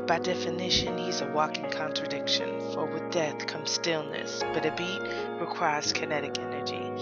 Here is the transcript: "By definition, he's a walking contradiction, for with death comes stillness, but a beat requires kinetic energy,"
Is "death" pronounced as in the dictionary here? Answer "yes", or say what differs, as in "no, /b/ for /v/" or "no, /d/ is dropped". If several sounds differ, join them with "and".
yes